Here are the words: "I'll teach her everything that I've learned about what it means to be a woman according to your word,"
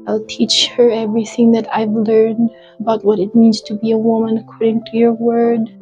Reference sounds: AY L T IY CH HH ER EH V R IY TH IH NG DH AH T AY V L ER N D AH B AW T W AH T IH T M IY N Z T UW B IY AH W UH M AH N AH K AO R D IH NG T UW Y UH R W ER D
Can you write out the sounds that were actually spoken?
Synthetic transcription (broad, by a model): AY L T IY CH HH ER EH V R IY TH IH NG DH AH T AY V L ER N D AH B AW T W AH T IH T M IY N Z T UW B IY AH W UH M AH N AH K AO R D IH NG T UW Y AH R W ER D